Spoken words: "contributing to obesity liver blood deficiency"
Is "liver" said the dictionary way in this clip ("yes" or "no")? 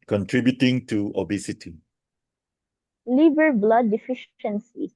no